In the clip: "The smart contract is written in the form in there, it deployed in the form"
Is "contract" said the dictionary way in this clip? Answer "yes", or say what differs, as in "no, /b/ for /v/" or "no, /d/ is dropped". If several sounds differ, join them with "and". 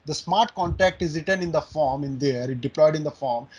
no, /ɹ/ is dropped